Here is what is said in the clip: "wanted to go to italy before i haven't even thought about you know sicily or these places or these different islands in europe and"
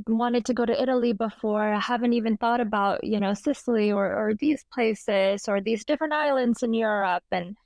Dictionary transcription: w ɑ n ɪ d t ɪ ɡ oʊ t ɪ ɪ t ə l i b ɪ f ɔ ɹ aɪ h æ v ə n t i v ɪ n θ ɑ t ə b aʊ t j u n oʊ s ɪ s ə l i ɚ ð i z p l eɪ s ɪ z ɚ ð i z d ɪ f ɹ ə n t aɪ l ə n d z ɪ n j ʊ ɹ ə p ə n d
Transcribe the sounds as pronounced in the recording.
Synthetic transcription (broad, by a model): w ɑ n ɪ d t ɪ ɡ oʊ t ɪ ɪ t l i b ɪ f ɔ ɹ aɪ h æ v ə n t i v ɪ n θ ɑ t ə b aʊ t j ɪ n oʊ s ɪ s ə l i ɚ ð i z p l eɪ s ɪ z ɚ ð i z d ɪ f ɹ ə n t aɪ l ə n d z ɪ n j ʊ ɹ ə p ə n